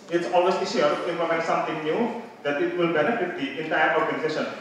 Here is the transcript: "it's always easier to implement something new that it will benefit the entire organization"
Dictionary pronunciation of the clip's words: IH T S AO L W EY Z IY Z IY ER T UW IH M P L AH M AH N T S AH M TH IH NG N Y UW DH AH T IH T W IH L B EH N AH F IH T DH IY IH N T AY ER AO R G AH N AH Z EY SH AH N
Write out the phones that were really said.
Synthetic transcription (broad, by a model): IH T S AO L W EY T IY S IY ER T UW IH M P L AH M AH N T S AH M T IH NG N Y UW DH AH T IH T W IH L B EH N AH F IH T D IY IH N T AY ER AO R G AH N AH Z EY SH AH N